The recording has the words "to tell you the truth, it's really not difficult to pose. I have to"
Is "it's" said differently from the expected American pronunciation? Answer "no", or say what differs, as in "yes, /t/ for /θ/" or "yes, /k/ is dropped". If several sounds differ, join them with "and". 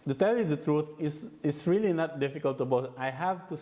yes, /s/ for /t/